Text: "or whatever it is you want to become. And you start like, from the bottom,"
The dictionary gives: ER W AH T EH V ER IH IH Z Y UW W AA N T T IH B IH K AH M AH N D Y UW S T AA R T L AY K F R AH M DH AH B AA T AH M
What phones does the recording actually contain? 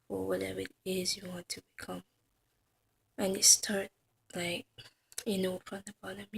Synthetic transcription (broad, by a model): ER W AH T EH V ER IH IH Z Y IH W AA N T T IH B IH K AH M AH N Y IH S T AA R T L AY K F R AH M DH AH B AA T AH M